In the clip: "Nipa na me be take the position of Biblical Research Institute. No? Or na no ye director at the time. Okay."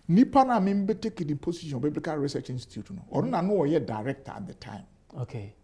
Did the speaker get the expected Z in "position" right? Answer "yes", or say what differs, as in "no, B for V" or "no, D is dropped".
no, S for Z